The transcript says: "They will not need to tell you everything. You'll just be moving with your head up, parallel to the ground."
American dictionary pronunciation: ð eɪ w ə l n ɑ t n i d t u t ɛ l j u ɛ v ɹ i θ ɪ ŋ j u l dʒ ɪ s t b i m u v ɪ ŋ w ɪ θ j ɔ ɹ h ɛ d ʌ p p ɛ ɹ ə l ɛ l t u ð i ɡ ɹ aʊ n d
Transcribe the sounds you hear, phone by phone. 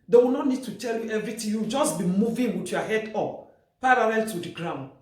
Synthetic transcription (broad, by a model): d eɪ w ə n ɑ t n i d t u t ɛ l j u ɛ v ɹ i t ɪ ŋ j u w dʒ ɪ s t b i m u v ɪ ŋ w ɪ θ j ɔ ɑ h ɛ d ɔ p p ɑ ɹ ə l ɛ l t u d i ɡ ɹ aʊ n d